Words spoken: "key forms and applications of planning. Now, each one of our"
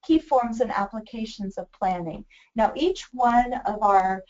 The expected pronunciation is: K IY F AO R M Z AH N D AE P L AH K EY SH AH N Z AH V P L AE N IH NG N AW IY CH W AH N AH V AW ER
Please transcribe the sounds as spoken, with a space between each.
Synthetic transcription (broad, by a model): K IY F AO R M Z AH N AE P L AH K EY SH AH N Z AH V P L AE N IH NG N AW IY CH W AH N AH V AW ER